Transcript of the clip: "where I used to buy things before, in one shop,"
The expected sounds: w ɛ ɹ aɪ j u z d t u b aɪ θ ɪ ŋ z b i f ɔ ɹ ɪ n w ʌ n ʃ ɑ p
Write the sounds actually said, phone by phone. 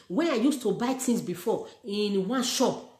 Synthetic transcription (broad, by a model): w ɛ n aɪ j u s t u b aɪ t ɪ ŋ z b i f ɔ ɪ n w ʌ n ʃ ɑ p